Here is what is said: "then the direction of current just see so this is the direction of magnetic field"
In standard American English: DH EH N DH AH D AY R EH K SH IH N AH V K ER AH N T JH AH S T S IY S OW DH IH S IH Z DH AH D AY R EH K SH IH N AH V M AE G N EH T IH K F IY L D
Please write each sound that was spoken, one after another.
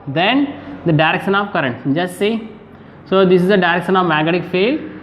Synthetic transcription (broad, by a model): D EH N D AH D AY R EH K SH IH N AH V K ER AH N T JH AH S T S IY S OW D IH S IH Z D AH D AY R EH K SH IH N AH V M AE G EH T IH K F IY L